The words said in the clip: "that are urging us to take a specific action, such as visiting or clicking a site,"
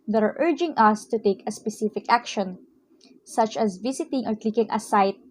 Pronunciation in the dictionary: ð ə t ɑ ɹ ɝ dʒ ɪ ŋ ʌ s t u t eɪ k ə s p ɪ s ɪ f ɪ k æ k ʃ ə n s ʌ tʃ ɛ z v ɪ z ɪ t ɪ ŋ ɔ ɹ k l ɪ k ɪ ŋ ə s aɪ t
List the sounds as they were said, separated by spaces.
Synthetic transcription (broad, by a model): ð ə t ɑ ɹ ɝ dʒ ɪ ŋ ʌ s t u t eɪ k ə s p ɪ s ɪ f ɪ k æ k ʃ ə n s ʌ tʃ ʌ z v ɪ s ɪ t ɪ ŋ ɔ ɹ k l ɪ k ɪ ŋ ə s aɪ t